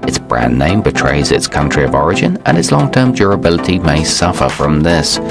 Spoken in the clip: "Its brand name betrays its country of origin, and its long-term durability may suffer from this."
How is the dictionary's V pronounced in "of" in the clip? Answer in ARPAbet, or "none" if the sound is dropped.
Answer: V